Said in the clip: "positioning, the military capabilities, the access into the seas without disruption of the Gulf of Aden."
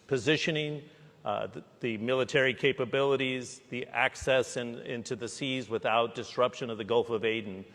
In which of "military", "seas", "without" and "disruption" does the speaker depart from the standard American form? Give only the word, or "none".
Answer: none